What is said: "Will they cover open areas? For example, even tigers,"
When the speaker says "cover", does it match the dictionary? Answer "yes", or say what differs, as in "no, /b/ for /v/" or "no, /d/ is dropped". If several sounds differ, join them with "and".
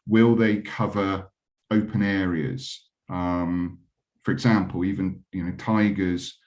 yes